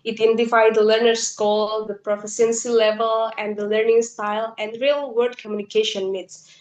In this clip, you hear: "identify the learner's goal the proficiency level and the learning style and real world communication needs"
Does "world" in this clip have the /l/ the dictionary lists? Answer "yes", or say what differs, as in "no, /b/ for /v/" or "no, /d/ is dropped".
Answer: no, /l/ is dropped